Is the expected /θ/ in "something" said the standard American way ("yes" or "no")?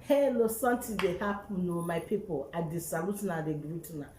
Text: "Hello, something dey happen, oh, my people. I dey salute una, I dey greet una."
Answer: no